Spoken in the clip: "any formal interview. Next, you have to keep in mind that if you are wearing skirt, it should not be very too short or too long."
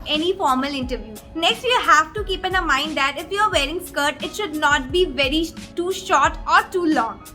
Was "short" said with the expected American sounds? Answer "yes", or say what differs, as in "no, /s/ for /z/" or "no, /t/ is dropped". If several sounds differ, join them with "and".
yes